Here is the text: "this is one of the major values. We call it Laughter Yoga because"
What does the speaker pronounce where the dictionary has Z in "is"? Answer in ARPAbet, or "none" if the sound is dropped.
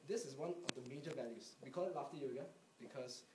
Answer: S